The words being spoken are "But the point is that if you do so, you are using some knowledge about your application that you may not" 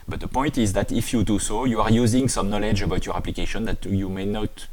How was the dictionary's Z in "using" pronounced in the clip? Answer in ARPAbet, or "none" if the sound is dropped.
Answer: Z